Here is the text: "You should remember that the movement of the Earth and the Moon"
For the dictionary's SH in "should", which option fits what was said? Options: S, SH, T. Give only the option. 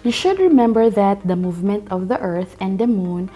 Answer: SH